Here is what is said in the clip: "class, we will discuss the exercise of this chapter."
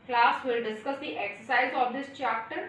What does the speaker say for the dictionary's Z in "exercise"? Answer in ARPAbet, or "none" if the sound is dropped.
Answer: Z